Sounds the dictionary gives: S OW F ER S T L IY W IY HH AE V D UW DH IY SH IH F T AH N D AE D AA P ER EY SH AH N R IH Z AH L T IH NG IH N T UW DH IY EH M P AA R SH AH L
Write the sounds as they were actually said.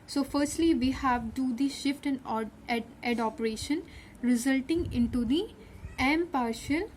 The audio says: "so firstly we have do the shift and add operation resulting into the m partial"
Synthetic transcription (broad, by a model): S OW F ER S T L IY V IY HH AE V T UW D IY SH IH F T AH N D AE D AA P ER EY SH AH N R IH Z AH L T IH NG IH N T UW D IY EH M P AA R SH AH L